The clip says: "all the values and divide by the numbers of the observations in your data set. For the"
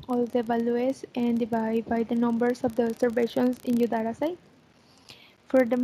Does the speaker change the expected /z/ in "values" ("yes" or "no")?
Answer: yes